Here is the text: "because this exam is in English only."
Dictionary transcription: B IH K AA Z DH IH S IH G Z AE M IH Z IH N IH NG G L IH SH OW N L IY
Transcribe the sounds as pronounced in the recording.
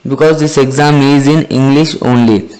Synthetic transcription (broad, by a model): B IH K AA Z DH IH S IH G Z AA M IH Z IH N IH NG G L IH SH OW N L IY